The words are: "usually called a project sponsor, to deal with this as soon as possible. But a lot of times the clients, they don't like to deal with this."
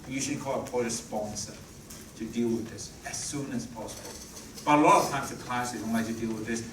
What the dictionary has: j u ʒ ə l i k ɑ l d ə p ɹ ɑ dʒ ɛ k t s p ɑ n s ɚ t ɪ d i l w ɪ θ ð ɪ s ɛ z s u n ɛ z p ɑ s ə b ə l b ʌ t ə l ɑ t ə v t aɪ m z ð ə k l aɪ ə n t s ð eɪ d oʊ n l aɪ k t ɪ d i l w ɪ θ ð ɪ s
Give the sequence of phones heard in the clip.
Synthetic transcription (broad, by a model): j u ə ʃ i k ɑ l ə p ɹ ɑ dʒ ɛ s p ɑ n s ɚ t ɪ d i l w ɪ ð ɪ s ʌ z s u n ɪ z p ɑ s ə b ə l b ʌ t ə l ɑ t ə v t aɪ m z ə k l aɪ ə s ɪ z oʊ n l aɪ t ɪ d i l w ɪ ð ɪ s